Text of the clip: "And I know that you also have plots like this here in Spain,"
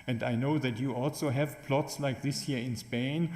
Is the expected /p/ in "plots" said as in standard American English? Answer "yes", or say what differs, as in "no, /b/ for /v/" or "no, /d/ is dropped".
yes